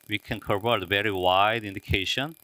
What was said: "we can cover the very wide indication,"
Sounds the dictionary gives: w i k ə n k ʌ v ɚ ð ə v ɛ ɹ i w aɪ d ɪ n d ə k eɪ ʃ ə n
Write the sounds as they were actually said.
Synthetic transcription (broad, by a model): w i k ə n k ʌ p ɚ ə v ɛ ɹ i w aɪ d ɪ n d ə k eɪ ʃ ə n